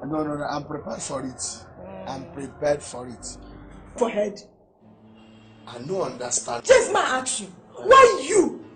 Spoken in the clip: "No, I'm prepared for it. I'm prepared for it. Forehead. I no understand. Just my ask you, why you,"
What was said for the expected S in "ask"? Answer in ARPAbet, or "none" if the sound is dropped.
none